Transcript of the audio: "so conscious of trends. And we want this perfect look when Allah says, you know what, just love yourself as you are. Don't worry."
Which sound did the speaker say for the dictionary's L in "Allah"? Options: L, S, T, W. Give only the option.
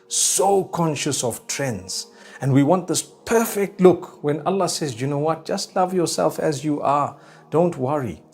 L